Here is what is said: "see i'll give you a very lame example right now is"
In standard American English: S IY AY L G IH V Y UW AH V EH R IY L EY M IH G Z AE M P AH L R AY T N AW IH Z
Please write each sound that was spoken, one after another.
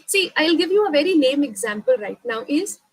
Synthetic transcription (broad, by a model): S IY AY L G IH V Y UW AH V EH R IY N EY M IH G Z AE M P AH L R AY T N AW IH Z